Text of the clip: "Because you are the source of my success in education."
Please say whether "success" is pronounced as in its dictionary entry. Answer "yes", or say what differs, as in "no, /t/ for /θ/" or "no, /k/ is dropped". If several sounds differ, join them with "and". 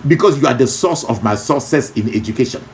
no, /k/ is dropped